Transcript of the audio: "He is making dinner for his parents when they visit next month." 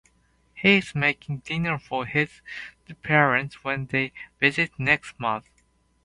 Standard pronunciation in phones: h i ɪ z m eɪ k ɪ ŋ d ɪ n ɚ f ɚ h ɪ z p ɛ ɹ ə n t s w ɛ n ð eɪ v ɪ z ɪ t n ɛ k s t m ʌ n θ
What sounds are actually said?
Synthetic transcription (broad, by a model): h i ɪ z m eɪ k ɪ ŋ d ɪ n ɚ f ɚ h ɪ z p ɛ ɹ ə n t s w ɛ n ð eɪ v ɪ z ɪ t n ɛ k s t m ʌ n θ